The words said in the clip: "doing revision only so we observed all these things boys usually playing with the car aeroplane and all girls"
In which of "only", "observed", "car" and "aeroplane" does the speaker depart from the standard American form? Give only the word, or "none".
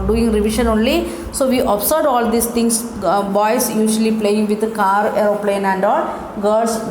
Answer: observed